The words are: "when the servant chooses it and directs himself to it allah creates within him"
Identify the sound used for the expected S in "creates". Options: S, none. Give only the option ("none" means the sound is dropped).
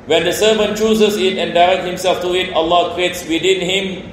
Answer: S